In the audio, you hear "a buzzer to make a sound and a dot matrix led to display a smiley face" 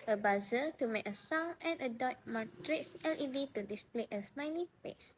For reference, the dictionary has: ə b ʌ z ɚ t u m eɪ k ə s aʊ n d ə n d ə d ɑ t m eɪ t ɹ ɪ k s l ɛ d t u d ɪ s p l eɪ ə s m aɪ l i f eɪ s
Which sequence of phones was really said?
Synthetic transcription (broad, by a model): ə b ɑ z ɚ t u m eɪ k ə s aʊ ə n ə d ɑ t m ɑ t ɹ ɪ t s l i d t u d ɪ s p l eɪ ə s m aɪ n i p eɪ s